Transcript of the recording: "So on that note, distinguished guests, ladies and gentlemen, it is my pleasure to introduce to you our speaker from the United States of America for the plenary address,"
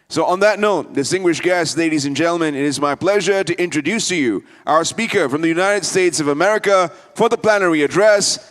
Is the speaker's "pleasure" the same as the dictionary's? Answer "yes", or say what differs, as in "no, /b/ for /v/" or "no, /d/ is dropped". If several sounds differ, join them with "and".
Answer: yes